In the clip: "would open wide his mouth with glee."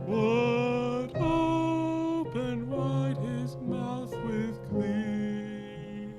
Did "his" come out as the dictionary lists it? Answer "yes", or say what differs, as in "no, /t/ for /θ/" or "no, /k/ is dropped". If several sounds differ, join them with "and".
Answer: yes